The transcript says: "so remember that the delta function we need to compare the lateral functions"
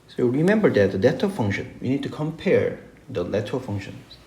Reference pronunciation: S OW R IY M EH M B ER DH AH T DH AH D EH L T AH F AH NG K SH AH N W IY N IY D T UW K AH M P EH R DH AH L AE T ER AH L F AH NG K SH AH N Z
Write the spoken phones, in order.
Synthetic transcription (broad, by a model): S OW R IY M EH M B ER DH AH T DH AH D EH T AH F AH NG K SH AH N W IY N IY D T UW K AH M P EH R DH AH L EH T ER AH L F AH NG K SH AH N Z